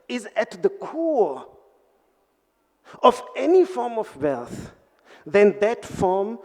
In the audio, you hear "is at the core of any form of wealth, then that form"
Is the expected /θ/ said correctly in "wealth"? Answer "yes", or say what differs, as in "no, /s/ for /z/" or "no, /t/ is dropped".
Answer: yes